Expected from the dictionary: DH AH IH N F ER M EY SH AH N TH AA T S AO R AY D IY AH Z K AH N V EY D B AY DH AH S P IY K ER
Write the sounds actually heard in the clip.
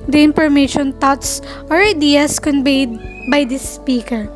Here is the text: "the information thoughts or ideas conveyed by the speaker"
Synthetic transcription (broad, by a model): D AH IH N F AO M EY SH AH N T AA T S AO R AY D IY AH S K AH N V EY D B AY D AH S P IY K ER